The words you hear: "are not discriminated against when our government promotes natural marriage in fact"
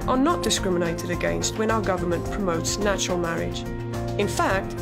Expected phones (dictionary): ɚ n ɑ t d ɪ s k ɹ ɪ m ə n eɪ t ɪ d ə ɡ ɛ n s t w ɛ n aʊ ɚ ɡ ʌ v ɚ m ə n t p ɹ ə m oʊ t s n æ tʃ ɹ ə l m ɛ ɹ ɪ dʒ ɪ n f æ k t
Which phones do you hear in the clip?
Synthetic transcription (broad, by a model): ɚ n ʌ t d ɪ s k ɹ ɪ m ə n eɪ t ɪ d ə ɡ ɛ n s t w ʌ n aʊ ɚ ɡ ʌ v ɚ m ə n p ɹ ə m oʊ t s n æ tʃ ɹ ə l m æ ɹ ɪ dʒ ɪ n f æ k t